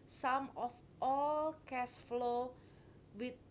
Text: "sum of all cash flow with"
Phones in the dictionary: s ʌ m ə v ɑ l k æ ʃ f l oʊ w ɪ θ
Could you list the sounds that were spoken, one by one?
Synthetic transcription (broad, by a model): s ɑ m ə f ɑ l k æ s f l oʊ w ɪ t